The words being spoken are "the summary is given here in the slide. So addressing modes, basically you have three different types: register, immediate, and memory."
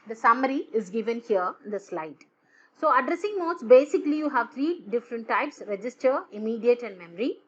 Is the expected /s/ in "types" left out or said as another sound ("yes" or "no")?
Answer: no